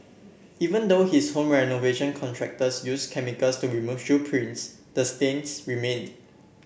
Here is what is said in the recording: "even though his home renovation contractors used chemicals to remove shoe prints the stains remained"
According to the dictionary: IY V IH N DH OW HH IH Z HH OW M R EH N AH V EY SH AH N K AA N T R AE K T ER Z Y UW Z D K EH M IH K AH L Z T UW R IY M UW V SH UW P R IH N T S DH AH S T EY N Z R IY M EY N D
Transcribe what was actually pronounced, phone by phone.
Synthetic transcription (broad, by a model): IY V IH N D OW HH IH S HH OW M R EH N AH V EY SH AH N K AA N T R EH K T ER S Y UW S K EH M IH K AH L S T UW R IY M UW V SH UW P R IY N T S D AH S T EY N S R IY M EY N